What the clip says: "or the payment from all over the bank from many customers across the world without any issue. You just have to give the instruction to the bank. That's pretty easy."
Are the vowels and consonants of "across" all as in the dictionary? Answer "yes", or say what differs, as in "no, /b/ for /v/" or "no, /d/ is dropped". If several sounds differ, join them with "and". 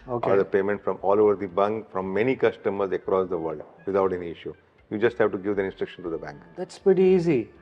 yes